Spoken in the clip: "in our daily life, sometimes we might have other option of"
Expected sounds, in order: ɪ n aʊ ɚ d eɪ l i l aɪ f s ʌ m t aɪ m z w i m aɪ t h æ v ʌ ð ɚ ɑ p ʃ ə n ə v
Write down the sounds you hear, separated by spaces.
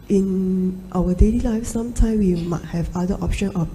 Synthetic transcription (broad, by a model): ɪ n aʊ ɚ d eɪ l i l aɪ f s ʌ m t aɪ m w i m aɪ t h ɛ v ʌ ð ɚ ɑ p ʃ ə n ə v